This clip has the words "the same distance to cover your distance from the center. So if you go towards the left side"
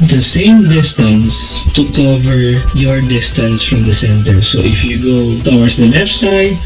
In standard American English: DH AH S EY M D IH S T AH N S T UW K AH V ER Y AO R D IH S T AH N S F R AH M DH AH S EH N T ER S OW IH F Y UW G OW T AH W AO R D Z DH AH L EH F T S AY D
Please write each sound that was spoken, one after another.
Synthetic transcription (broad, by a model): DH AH S EY M D IH S T AH N S T UW K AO V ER Y AO R D IH S T AH N S F R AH M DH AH S EH N T ER S OW IH F Y UW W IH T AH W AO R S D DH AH N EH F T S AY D